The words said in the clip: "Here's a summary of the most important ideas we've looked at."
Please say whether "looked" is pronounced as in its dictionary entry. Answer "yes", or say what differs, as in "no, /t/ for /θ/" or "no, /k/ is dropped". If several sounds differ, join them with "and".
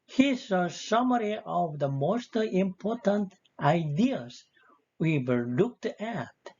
yes